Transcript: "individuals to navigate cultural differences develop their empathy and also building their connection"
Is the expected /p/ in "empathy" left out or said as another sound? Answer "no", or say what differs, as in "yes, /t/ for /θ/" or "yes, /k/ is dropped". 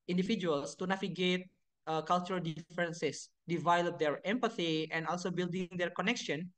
no